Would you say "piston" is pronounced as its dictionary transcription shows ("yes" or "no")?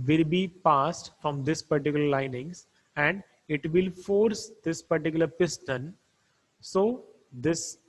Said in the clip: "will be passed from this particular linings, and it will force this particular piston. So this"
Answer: yes